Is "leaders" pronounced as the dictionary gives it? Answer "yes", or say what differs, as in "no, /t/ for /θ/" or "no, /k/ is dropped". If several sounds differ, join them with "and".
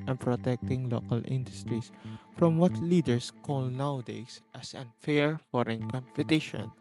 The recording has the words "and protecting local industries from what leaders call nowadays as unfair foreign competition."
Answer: no, /s/ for /z/